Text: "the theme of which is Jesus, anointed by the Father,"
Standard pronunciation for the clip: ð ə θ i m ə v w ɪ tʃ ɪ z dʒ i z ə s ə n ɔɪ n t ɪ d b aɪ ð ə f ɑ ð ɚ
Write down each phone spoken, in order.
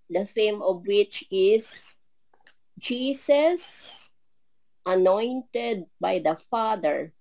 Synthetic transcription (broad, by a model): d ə f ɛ m ə v w ɪ tʃ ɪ s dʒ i s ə s ə n ɔɪ n t ɪ d b aɪ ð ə f ɑ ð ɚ